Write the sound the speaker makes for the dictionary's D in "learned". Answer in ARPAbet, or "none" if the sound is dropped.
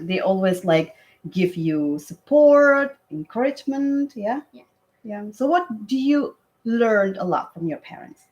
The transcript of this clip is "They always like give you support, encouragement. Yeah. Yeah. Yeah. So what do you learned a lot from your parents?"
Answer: none